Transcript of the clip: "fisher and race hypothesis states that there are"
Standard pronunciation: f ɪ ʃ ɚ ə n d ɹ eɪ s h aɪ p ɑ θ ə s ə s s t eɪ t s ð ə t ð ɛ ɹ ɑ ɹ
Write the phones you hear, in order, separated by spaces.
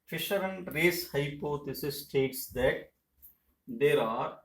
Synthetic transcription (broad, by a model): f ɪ ʃ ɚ ə n d ɹ eɪ s h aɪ p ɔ t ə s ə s s t eɪ t s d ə t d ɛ ɹ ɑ ɹ